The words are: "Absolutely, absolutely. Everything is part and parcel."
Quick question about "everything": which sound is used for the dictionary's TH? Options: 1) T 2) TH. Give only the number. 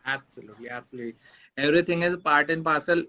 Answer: 1